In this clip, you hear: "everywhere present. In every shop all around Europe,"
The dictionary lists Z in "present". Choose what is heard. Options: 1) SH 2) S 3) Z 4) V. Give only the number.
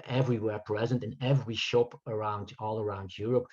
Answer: 3